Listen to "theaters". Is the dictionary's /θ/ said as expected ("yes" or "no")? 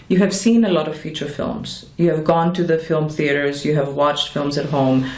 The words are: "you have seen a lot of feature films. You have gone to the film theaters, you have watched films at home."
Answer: yes